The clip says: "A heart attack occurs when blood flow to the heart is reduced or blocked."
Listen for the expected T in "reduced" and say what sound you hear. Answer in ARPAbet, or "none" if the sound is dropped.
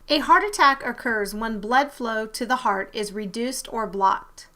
T